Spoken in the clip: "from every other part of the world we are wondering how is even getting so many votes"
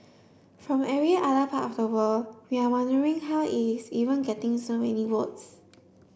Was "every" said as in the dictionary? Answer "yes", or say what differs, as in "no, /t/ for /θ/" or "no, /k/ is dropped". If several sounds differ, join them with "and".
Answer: no, /v/ is dropped